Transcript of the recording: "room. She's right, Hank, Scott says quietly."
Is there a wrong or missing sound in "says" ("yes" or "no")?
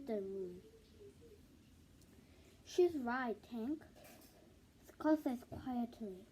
yes